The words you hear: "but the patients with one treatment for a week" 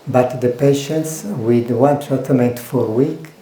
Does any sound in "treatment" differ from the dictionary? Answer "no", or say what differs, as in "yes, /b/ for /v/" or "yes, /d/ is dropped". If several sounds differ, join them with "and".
yes, /ɹ/ is dropped